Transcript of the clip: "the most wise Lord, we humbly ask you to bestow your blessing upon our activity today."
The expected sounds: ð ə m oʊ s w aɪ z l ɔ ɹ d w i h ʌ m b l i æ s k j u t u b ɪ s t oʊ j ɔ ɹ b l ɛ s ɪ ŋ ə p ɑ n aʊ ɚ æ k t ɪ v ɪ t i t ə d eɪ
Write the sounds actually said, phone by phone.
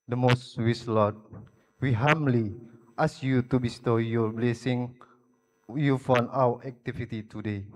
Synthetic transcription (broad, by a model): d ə m oʊ s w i s l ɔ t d w i h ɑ m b l i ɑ s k j u t u b ɪ s t oʊ j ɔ b l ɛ s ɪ ŋ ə f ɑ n aʊ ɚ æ k t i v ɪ t i t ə d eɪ